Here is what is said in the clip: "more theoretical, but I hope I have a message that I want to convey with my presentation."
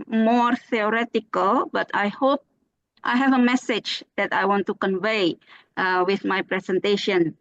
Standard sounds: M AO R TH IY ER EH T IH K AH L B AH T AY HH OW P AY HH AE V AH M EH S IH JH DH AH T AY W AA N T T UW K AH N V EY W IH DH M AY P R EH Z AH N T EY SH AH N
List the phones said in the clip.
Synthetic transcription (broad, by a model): M AO R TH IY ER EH T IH K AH L B AH T AY HH OW P AY HH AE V AH M EH S IH JH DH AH T AY W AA N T T UW K AH N V EY W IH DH M AY P R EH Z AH N T EY SH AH N